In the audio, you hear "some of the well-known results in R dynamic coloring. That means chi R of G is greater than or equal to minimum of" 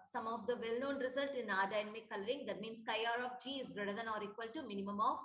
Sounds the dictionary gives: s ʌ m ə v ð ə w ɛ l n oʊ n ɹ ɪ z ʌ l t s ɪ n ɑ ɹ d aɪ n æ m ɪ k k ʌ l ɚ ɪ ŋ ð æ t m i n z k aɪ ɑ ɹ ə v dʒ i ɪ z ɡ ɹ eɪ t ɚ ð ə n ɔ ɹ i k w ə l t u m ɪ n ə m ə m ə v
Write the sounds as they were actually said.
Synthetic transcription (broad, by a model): s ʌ m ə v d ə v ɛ l n oʊ n ɹ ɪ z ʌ l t ɪ n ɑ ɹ d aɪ n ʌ m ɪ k k ʌ l ɚ ɪ ŋ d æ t m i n s k aɪ ɑ ɹ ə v dʒ i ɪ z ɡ ɹ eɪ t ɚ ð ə n ɔ ɹ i k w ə l t u m ɪ n ə m ə m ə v